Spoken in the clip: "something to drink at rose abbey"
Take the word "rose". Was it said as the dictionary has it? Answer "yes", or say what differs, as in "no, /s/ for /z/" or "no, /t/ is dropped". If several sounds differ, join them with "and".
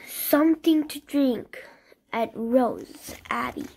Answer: yes